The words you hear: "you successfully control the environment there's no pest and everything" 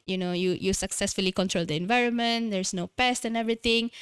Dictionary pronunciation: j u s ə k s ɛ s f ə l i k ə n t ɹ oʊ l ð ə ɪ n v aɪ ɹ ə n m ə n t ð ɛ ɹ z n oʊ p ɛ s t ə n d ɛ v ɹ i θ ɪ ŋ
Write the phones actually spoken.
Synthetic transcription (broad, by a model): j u s ə k s ɛ s f ə l i k ə n t ɹ oʊ l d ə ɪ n v aɪ ɹ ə n m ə n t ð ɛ ɹ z n oʊ p ɛ s t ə n ɛ v ɹ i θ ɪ ŋ